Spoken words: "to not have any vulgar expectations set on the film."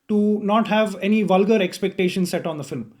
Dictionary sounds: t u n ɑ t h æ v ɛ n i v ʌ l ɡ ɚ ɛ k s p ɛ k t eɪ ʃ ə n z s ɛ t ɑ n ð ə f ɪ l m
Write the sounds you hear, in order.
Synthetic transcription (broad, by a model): t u n ɑ t h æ v ɛ n i v ʌ l ɡ ɚ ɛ k s p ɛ k t eɪ ʃ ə n s ɛ t ɑ n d ə f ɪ l m